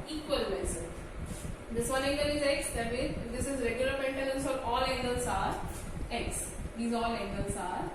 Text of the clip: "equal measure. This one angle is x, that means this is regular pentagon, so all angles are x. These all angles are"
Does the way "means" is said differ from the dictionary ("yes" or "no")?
yes